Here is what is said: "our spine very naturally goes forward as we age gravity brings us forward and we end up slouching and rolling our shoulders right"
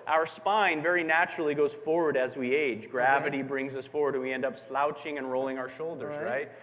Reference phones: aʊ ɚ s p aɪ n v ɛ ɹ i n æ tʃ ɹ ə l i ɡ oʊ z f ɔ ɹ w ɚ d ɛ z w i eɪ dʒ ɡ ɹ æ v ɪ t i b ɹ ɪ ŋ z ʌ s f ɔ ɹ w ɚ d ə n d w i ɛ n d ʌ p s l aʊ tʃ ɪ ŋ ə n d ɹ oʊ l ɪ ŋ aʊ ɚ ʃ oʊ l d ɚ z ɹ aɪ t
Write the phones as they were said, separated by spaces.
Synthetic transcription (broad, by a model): aʊ ɚ s p aɪ n v ɛ ɹ i n æ tʃ ɹ l i ɡ oʊ z f ɔ ɹ w ɚ d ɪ z w i eɪ dʒ ɡ ɹ æ v ɪ t i b ɹ ɪ ŋ z ʌ s f ɔ ɹ w ɚ d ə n w i ɛ n d ʌ p s l aʊ tʃ ɪ ŋ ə n ɹ oʊ l ɪ ŋ aʊ ɚ ʃ oʊ l d ɚ z ɹ aɪ t